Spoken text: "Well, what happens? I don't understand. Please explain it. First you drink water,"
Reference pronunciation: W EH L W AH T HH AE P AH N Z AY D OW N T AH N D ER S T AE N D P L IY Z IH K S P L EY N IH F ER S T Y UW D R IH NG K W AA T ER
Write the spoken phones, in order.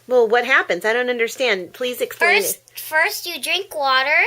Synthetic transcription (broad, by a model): W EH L W AH T HH AE P AH N Z AY D OW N T AH N D ER S T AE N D P L IY Z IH K S P L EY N F ER S T Y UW D R IH NG K W AA T ER